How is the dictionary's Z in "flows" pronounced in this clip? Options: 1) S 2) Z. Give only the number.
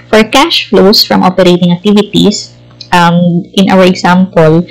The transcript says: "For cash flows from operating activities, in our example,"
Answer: 1